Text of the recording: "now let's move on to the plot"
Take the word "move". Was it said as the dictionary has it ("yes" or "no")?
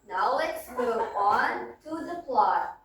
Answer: no